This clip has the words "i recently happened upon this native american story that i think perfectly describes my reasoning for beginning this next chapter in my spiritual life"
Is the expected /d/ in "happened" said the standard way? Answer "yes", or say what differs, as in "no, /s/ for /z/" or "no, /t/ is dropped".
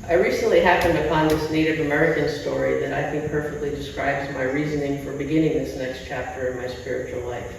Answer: yes